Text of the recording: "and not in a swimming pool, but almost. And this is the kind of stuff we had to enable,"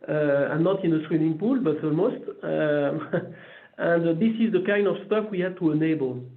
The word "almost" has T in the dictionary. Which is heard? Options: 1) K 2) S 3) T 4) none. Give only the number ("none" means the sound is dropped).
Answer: 3